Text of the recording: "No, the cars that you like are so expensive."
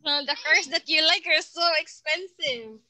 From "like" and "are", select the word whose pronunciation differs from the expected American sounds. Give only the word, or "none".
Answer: none